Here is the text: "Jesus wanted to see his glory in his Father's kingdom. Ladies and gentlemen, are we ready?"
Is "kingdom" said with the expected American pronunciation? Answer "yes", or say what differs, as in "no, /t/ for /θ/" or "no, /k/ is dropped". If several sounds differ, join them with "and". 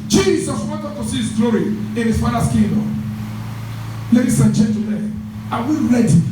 no, /ŋ/ is dropped